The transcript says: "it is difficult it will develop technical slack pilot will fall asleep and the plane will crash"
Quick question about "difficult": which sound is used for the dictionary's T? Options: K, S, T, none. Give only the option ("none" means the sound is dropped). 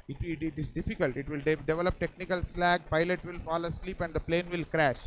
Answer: T